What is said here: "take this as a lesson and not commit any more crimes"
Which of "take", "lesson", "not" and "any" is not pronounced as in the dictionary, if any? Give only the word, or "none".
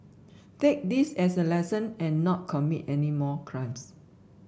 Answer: none